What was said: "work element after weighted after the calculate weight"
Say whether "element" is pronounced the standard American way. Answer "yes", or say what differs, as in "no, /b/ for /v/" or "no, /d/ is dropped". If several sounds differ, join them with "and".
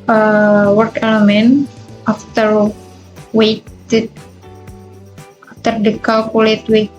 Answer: yes